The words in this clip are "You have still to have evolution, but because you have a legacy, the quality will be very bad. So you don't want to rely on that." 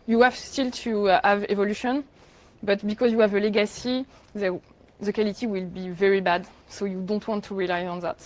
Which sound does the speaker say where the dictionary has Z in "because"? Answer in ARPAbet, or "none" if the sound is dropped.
Z